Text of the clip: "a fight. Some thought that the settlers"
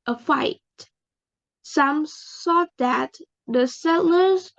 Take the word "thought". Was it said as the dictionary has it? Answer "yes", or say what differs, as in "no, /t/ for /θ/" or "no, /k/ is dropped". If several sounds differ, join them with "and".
no, /s/ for /θ/